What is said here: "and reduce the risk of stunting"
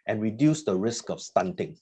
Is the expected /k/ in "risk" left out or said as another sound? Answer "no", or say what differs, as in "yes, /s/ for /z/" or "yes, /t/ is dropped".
no